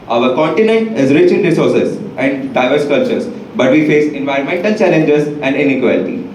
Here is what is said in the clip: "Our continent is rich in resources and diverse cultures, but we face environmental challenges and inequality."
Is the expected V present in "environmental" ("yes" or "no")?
yes